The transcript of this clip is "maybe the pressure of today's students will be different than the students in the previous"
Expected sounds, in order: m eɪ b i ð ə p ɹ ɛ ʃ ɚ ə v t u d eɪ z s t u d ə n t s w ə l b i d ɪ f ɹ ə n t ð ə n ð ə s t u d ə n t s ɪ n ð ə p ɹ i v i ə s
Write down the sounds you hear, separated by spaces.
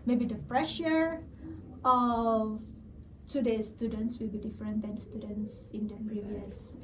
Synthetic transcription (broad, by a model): m eɪ b i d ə p ɹ ɛ ʃ ɚ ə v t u d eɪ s s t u d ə n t s w ə l b i d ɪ f ɹ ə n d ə n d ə s t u d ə n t s ɪ n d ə p ɹ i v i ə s